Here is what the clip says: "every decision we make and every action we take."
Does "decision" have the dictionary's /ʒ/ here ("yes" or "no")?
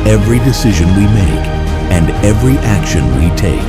yes